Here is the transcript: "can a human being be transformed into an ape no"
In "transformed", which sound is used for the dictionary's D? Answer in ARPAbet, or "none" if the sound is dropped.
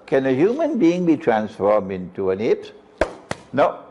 D